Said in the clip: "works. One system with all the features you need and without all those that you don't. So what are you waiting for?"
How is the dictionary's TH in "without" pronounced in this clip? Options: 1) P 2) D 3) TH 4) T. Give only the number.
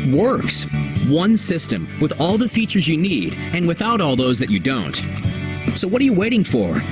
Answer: 3